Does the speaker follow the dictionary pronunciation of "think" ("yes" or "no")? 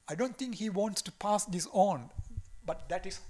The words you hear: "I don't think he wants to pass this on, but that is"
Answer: no